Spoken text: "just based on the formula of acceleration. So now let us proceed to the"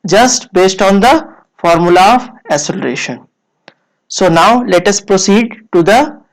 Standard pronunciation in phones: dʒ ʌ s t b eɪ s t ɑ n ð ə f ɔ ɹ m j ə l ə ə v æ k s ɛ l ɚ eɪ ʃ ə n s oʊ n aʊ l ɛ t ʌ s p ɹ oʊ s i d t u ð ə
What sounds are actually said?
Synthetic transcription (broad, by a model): dʒ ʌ s t b eɪ s t ɑ n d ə f ɔ ɹ m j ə l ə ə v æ s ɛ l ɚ eɪ ʃ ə n s oʊ n aʊ l ɛ t ʌ s p ɹ oʊ s i d t u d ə